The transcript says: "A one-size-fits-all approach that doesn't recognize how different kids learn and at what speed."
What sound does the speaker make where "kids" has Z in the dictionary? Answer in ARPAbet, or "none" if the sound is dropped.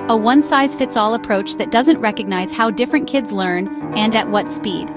Z